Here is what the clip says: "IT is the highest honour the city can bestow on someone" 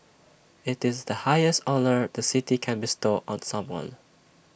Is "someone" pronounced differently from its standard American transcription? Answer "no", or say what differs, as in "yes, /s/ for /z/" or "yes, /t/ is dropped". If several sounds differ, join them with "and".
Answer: no